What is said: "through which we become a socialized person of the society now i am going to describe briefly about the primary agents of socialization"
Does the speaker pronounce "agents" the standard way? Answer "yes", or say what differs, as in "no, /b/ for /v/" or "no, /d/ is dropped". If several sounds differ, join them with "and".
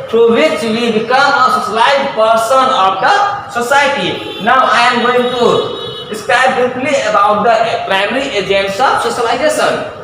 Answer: yes